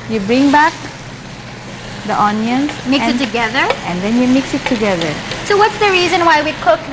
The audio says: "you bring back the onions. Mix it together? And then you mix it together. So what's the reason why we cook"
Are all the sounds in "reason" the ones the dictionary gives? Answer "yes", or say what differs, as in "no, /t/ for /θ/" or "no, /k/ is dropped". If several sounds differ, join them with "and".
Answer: yes